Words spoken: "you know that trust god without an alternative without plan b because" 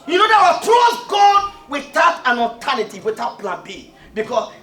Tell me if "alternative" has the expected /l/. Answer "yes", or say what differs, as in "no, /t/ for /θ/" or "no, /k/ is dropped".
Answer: no, /l/ is dropped